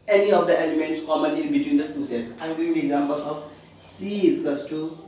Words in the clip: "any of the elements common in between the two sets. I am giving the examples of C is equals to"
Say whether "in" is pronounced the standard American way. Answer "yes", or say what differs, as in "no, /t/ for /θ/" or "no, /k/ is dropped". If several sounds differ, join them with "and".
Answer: no, /l/ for /n/